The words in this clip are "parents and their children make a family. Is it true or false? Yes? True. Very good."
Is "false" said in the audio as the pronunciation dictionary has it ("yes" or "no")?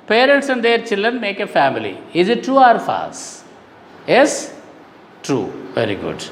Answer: no